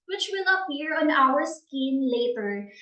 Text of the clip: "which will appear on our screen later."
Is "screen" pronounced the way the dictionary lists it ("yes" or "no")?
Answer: no